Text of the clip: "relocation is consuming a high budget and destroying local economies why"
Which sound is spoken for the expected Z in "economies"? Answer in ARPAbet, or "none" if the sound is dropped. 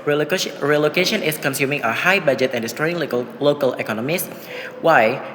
S